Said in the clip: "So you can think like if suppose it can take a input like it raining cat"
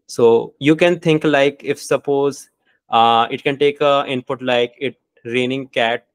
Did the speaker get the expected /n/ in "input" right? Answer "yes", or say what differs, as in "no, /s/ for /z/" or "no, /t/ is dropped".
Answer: yes